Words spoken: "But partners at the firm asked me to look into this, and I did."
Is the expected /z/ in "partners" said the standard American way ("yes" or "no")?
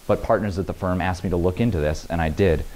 yes